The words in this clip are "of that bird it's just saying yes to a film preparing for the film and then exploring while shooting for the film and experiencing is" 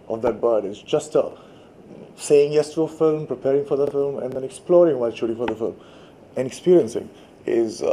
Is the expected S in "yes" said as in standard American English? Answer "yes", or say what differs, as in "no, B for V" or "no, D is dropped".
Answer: yes